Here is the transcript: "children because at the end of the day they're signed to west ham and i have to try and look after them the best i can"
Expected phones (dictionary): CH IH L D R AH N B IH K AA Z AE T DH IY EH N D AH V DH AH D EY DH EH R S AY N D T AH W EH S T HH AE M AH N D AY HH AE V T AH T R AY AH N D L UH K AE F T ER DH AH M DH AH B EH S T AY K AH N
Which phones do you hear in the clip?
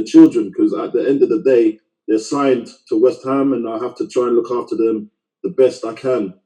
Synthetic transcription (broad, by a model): CH IH L D R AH N K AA Z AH T DH IY EH N D AH V DH AH D EY DH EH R S AY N T AH W EH S T HH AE M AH N AY HH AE F T AH T R AY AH N L UH K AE F T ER DH AH M DH AH B EH S T AY K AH N